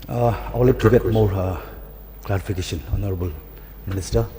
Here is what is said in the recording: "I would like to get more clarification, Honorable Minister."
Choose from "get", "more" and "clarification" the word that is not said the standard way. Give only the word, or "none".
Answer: clarification